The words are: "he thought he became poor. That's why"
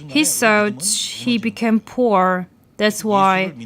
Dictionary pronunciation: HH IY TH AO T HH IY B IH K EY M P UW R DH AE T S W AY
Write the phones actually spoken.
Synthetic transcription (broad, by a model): HH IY S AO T HH IY B IH K EY M P UW R DH AE T S W AY